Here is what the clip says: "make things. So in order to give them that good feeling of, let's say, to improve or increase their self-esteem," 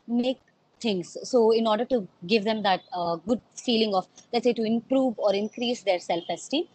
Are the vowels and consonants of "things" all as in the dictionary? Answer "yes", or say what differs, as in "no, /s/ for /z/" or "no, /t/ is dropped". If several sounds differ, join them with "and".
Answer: no, /t/ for /θ/